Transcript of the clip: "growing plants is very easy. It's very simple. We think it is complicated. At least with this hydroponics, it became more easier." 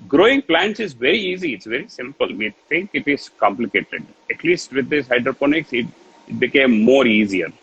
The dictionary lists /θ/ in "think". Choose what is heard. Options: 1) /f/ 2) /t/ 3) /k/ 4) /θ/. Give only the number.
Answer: 2